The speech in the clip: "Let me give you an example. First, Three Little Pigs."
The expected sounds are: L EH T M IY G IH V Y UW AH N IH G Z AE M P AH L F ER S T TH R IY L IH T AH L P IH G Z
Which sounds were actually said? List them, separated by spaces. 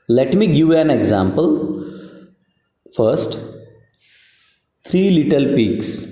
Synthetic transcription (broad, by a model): L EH T M IY G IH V AH N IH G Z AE M P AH L F ER S T T R IY L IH T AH L P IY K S